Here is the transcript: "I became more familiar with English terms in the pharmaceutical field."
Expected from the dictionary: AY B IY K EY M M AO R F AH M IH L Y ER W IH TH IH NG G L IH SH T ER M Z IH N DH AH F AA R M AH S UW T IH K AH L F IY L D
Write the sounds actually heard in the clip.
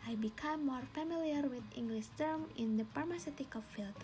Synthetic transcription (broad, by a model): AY B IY K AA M M AO R F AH M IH L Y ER W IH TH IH NG G L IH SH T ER M IH N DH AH P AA R M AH S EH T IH K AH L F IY L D